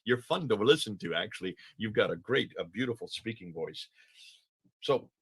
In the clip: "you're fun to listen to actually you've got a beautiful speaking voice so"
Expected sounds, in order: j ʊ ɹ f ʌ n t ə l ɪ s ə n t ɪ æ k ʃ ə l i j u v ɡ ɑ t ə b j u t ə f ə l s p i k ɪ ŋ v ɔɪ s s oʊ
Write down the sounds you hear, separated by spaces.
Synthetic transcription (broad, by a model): j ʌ ɹ f ʌ n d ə l ɪ s ə n t ɪ æ k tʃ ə l i j u v ɡ ɑ t ə b j u t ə f l s p i k ɪ ŋ v ɔɪ s s oʊ